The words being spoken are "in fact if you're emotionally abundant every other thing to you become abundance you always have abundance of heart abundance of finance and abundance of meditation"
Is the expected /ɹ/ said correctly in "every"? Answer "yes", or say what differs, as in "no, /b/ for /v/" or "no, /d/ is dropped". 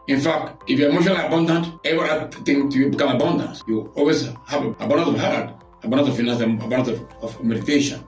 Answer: no, /ɹ/ is dropped